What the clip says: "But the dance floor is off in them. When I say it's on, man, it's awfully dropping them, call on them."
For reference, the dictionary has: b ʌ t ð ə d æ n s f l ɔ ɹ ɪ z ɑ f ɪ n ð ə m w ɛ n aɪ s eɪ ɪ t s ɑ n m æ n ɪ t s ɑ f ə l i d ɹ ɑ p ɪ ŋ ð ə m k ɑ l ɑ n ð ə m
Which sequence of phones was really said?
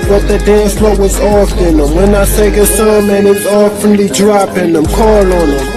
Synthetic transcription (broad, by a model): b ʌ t ð ə d æ n s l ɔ w ɪ z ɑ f ɪ n ð ə m w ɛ n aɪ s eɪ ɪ s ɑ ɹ m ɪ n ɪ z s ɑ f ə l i d ɹ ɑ p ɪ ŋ ð ə m k ɑ l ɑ n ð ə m